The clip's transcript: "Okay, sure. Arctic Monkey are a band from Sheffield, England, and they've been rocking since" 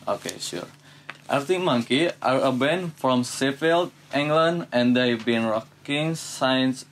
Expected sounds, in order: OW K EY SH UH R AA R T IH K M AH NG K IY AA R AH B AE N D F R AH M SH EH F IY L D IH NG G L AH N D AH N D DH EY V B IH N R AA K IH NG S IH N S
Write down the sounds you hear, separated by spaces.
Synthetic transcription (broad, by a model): OW K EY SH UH R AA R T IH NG M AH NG K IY AA R AH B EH N F R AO M S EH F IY L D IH NG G L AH N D AH N D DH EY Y B IH N R AA K IH NG S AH N S